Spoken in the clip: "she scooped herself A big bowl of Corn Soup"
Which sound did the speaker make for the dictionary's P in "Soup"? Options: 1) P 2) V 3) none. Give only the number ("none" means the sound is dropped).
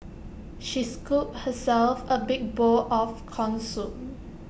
3